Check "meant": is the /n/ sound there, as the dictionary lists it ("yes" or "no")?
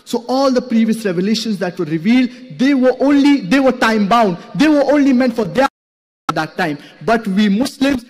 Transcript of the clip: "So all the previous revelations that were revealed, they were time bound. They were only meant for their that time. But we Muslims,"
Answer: yes